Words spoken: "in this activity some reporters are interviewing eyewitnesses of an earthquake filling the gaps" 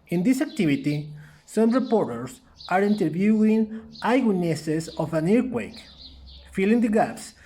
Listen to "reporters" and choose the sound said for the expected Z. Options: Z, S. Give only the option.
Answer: S